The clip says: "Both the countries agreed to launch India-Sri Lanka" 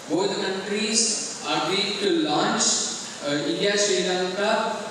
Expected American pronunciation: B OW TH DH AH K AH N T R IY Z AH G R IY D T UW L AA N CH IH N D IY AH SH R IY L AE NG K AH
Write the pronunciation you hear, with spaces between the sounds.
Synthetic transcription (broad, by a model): B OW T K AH N T R IY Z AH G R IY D T UW L AA N CH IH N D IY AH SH EH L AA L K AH